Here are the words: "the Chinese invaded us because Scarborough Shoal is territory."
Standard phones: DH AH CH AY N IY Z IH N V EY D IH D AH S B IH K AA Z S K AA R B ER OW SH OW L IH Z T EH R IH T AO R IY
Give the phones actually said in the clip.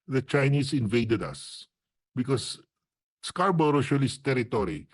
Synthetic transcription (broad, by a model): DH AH CH AY N IY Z IH N V EY D IH D AH S B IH K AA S S K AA R B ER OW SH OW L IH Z T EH R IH T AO R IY